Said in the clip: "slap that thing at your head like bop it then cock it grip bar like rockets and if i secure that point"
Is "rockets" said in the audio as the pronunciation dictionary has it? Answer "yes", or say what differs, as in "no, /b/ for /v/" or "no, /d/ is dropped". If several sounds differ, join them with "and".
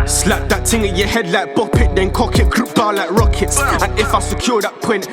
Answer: yes